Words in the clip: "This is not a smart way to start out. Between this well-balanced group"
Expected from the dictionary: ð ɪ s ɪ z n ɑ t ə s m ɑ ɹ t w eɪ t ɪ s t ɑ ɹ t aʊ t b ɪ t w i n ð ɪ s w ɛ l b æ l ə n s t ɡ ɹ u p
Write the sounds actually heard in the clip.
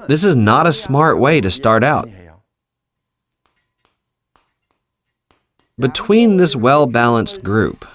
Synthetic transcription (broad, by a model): ð ɪ s ɪ z n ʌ t ə s m ɑ ɹ t w eɪ t ɪ s t ɑ ɹ t aʊ t b ɪ t w i n ð ɪ s w ɛ l b æ l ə n s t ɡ ɹ u p